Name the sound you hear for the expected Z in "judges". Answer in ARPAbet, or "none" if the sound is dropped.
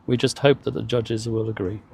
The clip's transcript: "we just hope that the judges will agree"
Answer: Z